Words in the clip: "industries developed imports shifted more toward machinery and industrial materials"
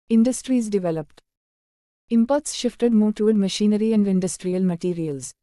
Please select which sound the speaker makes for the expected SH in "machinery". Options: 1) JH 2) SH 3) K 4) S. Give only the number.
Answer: 2